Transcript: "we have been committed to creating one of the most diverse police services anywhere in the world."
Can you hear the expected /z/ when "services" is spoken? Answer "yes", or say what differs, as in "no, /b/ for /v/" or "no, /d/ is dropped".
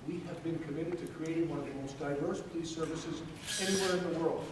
yes